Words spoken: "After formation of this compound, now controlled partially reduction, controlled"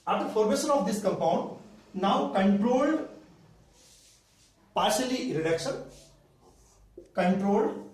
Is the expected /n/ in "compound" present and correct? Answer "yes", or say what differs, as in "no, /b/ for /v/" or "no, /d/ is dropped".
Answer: yes